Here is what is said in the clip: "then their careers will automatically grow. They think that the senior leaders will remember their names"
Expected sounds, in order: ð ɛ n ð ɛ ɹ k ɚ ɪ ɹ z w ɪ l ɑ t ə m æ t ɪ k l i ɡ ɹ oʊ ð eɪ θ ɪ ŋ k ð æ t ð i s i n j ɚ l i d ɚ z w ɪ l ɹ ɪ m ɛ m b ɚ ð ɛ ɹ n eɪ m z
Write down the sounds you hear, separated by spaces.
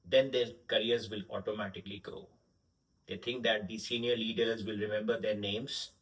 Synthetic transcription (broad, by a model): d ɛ n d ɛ ɹ k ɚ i ɹ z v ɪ l ɑ t ə m æ t ɪ k l i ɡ oʊ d eɪ t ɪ ŋ k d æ t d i s i n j ɚ l i d ɚ z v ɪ l ɹ ɪ m ɛ m b ɚ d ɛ ɹ n eɪ m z